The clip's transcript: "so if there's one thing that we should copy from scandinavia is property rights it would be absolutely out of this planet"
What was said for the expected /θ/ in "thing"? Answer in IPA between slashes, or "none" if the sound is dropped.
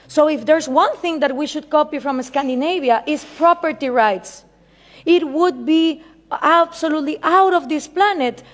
/θ/